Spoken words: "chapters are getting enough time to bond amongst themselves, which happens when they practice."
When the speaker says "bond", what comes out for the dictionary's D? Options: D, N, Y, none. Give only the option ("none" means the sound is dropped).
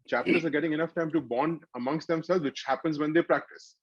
D